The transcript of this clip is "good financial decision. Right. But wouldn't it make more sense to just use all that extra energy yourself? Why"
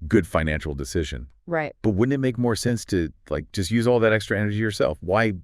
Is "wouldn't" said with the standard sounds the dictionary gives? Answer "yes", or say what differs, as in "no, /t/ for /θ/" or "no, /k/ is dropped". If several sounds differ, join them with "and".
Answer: no, /t/ is dropped